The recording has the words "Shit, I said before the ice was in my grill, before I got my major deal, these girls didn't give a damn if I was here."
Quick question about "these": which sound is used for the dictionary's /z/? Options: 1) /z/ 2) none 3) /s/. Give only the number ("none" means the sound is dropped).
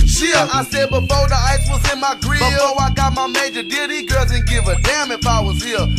2